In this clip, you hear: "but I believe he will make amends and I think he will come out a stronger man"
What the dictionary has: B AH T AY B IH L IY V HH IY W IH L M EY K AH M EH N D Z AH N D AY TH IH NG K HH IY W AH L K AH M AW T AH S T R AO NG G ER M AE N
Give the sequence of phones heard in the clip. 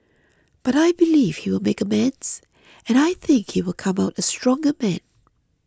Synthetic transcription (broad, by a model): B AH T AY B IH L IY V HH IY W IH L M EY K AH M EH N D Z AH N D AY TH IH NG K HH IY W AH L K AH M AW T AH S T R AO NG G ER M AE N